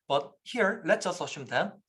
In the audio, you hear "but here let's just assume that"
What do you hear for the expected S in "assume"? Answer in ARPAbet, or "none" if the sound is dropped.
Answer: SH